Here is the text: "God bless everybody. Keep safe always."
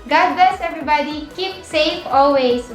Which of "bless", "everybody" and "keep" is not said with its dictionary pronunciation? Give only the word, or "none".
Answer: bless